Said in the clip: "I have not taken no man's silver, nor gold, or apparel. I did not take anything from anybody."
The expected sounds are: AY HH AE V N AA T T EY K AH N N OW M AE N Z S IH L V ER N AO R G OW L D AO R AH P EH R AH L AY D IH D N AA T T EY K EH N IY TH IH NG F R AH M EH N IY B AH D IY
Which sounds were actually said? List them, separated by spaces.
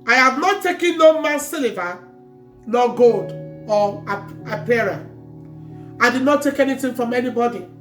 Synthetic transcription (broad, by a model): AY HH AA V N AA T T EY K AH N N OW M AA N S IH L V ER N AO G OW L D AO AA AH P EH R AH AY D IH D N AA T T EY K EH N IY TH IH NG F R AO M EH N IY B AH D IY